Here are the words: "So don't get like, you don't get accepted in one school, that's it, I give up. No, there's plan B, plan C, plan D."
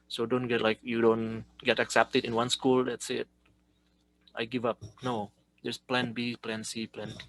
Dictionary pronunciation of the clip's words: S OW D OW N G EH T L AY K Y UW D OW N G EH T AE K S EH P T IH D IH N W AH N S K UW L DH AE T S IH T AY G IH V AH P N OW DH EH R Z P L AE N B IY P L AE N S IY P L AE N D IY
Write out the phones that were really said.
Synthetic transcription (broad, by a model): S OW D OW N G EH T L AY K Y UW D OW N G EH T AE K S EH P T IH D IH N W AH N S K UW L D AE T S IH T AY G IH V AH P N OW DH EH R S P L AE N B IY P L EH N S IY P L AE N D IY